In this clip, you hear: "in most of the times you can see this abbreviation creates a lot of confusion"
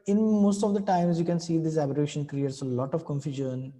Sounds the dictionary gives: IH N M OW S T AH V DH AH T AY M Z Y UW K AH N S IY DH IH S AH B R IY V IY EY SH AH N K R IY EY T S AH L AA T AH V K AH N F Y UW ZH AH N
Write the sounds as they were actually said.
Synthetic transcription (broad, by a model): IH N M OW S T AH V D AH T AY M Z Y UW K AH N S IY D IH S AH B AH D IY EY SH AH N K R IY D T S AH L AA T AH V K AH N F Y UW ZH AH N